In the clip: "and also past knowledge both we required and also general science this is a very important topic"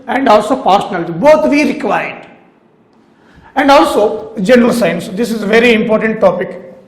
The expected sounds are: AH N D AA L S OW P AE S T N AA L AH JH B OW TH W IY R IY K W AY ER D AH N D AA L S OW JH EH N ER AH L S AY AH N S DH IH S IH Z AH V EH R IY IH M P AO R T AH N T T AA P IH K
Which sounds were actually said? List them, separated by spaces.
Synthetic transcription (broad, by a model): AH N D AA L S OW P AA T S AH N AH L B OW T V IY R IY K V AY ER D AH N D AA L S OW JH EH N ER AH L S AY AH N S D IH S IH Z AH V EH R IY IH M P AO R T AH N T T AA P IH K